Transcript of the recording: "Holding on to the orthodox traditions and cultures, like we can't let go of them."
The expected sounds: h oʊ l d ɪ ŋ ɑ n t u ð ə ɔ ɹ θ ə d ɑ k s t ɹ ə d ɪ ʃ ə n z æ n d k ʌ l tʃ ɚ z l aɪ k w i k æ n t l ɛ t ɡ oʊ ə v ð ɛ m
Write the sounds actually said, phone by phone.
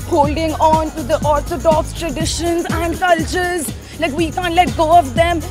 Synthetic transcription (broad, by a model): h oʊ l d ɪ ŋ ɑ n t u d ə ɔ ɹ t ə d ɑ k s t ɹ ə d ɪ ʃ ə n z æ n d k ʌ l tʃ ɚ z l aɪ k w i k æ n t l ɛ t ɡ oʊ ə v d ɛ m